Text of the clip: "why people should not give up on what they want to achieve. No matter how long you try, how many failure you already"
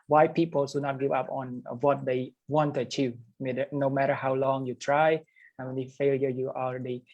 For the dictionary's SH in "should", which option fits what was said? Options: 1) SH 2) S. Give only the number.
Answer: 2